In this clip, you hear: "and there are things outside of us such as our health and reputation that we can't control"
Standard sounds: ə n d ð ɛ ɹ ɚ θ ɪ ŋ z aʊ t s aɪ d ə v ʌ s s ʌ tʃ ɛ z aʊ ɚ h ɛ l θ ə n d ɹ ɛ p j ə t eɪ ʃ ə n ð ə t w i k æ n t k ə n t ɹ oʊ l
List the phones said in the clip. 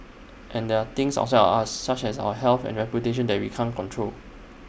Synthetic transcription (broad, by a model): ə n d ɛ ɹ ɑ t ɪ ŋ s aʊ s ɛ ə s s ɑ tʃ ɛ s aʊ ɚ h ɛ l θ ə n ɹ ɛ p j ə t eɪ ʃ ə n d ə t w i k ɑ n k ə n t ɹ oʊ l